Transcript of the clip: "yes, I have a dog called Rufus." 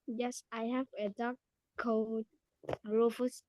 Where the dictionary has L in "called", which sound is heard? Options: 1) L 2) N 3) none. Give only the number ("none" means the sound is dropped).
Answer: 3